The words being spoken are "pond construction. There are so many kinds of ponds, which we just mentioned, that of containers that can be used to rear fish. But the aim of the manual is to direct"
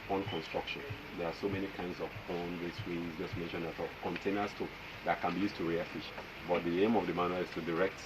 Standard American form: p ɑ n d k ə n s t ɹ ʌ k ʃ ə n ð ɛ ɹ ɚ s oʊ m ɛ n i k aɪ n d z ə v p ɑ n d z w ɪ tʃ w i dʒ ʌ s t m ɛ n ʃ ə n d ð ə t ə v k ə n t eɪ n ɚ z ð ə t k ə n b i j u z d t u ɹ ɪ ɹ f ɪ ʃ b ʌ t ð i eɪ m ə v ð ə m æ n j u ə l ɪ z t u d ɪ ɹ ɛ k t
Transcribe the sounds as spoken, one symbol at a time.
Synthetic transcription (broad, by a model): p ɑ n k ə n s t ɹ ʌ k ʃ ə n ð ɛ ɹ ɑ s oʊ m ɛ n i k aɪ n d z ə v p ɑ n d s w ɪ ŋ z dʒ ʌ s t m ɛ n ʃ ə n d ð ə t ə k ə n t eɪ n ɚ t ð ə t k ə n b i j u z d t u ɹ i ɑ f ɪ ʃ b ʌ t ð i eɪ m ə v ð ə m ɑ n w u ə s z t u d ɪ ɹ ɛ k t